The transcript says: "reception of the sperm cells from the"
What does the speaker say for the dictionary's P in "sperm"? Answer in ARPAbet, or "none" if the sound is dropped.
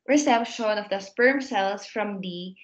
P